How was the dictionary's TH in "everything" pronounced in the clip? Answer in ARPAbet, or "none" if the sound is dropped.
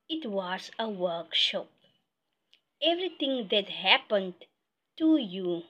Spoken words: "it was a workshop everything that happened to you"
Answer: T